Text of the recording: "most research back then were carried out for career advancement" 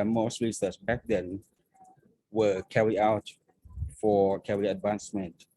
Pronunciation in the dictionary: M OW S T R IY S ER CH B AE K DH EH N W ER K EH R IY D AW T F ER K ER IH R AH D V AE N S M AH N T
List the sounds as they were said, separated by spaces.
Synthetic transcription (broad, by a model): M OW S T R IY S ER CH B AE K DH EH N W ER K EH R IY AW T F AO K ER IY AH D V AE N S M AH N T